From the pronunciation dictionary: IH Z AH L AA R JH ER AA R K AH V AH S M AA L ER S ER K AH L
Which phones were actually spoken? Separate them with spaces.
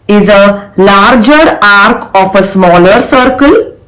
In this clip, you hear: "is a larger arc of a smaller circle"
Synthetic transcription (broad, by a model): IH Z AH L AA R JH ER AA R K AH F AH S M AA L ER S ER K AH L